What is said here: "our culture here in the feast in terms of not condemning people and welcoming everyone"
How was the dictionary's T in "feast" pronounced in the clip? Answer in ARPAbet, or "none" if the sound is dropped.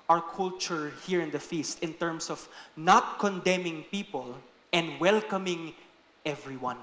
T